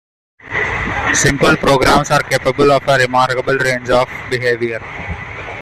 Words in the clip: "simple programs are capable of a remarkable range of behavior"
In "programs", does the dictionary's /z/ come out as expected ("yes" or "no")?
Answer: no